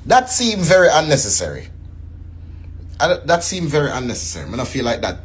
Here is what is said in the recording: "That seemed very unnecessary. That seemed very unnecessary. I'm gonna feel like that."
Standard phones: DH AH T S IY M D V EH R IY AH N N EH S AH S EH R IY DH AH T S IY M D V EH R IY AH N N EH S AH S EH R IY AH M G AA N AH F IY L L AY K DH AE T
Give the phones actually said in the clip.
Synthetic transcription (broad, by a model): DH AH T S IY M V EH R IY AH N N EH S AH S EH R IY DH AH T S IY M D V EH R IY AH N N EH S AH S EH R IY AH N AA AH F IY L L AY K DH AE T